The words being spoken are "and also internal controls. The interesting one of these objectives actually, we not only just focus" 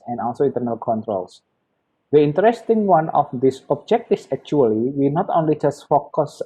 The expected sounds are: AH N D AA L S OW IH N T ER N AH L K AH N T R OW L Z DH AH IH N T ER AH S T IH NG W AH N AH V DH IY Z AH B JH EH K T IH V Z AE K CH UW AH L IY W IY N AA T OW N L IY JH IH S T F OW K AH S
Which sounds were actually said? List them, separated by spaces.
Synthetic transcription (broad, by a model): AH N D AA L S OW IH N T ER N AH L K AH N T R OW L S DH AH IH N T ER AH S T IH NG W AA N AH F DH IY S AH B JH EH K T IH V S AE K CH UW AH L IY W IY N AA T OW N L IY JH IH S T F OW K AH S